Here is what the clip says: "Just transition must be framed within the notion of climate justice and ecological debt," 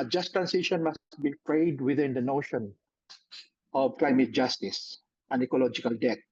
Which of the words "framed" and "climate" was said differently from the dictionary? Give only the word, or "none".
framed